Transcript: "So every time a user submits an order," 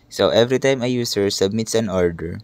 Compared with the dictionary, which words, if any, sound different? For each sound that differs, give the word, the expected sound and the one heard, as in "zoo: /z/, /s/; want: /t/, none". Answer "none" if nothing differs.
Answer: user: /z/, /s/